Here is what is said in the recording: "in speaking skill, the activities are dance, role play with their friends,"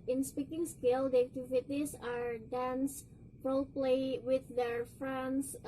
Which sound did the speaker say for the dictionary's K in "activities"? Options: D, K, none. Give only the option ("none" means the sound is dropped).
none